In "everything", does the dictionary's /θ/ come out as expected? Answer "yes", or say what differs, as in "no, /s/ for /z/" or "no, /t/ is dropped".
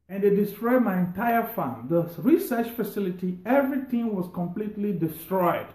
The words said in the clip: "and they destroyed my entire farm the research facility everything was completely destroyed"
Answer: no, /t/ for /θ/